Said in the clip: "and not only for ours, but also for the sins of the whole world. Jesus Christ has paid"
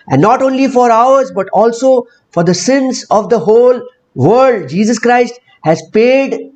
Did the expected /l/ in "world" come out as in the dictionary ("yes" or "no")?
no